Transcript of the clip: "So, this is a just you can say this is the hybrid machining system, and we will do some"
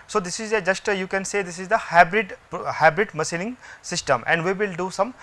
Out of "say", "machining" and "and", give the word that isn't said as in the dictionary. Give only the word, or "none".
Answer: machining